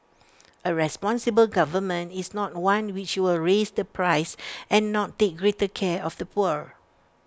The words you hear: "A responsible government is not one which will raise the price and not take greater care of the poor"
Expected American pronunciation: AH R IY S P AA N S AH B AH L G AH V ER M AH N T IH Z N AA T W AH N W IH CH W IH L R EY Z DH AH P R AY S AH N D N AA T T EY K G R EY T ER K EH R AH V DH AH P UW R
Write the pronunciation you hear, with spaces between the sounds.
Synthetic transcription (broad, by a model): AH R IY S P AA N S AH B AH L G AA V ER M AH N T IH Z N AA T W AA N W IH CH W IH L R EY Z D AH P R AY S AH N N AA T T EY K G R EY T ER K EH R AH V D AH P UW R